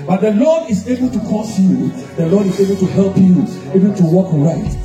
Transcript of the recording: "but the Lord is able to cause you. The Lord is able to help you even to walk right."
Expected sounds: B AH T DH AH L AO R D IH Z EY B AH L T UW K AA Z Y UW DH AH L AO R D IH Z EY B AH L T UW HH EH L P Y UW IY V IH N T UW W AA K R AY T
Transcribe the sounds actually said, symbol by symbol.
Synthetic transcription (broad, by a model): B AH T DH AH L AO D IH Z EY B AH L T UW K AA S Y UW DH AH L AO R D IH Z EY B AH L T UW HH EH L P Y UW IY B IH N T UW W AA K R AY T